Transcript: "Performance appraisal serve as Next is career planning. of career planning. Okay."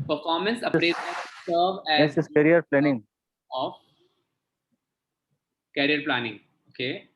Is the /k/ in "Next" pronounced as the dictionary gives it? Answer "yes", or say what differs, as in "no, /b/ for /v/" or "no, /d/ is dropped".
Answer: no, /k/ is dropped